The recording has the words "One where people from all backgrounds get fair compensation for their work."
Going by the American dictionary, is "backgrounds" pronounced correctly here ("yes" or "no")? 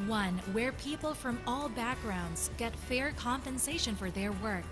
yes